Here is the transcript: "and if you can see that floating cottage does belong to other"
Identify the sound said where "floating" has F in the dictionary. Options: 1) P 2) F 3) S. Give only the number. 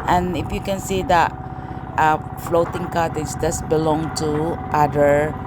2